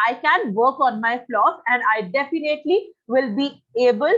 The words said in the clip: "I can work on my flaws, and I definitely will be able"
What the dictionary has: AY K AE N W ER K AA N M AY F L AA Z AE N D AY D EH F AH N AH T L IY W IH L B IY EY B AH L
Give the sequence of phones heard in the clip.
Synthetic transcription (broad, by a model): AY K AE N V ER K AA N M AY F L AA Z AE N D AY D EH F AH N AH T L IY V IH L B IY EY B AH L